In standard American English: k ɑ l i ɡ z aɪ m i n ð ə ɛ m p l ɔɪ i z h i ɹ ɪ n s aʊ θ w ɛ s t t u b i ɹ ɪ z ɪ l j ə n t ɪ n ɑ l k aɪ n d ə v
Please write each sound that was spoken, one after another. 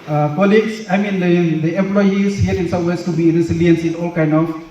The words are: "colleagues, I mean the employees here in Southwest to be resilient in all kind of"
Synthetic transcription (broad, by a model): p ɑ l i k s aɪ m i n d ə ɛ m p l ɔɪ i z h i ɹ ɪ n s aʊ t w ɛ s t t u b i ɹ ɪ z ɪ l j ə n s ɪ n ɑ l k aɪ n d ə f